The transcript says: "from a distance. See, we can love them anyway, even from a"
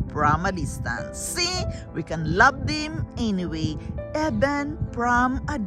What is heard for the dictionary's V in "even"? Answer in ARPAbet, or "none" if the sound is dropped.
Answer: B